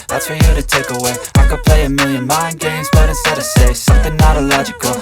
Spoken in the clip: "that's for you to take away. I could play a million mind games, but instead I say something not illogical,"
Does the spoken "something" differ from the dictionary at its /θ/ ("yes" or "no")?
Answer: no